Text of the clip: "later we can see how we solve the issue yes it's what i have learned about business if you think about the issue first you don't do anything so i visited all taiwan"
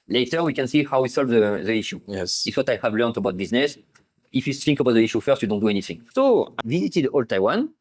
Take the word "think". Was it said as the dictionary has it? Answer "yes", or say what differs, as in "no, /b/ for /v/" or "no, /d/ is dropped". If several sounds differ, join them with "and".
no, /s/ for /θ/